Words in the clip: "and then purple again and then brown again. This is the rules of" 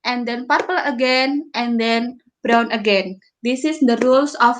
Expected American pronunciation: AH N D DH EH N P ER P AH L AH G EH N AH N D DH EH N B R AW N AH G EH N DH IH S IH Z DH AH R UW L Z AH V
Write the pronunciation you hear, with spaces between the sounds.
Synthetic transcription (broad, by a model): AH N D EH N P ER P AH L AH G EH N AH N D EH N B R AW N AH G EH N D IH S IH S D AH R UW L S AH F